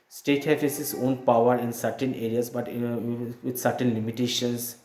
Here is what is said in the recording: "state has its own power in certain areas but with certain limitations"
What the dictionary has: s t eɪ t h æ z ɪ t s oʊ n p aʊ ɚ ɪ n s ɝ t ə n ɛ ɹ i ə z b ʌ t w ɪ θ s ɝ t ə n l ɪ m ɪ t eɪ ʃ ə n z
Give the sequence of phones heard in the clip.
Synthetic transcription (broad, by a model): s t eɪ t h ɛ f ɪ s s oʊ n p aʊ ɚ ɪ n s ɝ t ə n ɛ ɹ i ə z b ʌ t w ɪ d s ɝ t ə n l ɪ m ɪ t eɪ ʃ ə n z